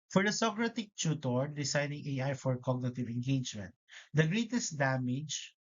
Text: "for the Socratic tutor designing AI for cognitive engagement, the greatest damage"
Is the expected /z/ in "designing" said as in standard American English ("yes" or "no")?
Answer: no